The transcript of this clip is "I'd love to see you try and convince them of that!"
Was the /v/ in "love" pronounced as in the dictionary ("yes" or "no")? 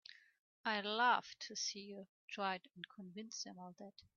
no